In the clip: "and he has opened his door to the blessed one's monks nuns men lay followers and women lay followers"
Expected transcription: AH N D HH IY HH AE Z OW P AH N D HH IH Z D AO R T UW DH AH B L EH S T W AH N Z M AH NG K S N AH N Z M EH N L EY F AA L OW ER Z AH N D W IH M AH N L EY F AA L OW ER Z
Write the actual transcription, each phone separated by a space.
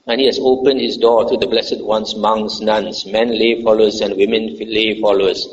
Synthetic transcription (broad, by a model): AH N HH IY HH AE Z OW P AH N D HH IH S D AO T UW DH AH B L EH S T W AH N S M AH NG S N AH N S M EH N L EY F AA L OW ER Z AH N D W IH M AH N L EY F AA L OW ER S